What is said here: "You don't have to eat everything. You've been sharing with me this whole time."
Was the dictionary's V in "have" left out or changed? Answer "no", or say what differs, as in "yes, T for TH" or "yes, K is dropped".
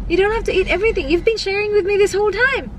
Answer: yes, F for V